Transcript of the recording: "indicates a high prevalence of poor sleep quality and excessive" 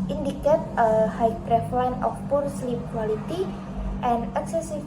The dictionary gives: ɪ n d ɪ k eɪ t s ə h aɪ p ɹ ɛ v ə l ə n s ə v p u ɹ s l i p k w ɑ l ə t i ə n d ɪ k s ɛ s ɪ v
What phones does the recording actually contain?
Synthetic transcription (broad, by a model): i n d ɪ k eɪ t ə h aɪ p ɹ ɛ f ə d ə n ə f p u ɹ s l i p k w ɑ l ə t i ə n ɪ k s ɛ s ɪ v